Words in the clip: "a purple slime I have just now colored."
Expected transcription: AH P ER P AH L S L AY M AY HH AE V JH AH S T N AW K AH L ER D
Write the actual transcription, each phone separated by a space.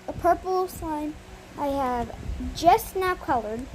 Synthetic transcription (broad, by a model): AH P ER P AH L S AY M AY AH V JH AH S T N AW K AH L ER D